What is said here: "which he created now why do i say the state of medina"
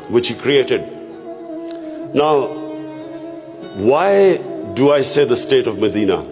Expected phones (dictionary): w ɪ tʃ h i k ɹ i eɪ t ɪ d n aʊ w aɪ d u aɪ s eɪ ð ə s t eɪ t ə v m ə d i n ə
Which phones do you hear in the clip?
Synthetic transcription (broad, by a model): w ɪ tʃ h i k ɹ i eɪ t ɪ d n aʊ w aɪ d u aɪ s eɪ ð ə s t eɪ t ə v m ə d i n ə